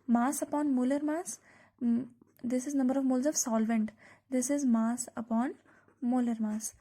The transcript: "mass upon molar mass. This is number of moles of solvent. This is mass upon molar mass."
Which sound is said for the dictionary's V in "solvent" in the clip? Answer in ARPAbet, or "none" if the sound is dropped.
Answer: V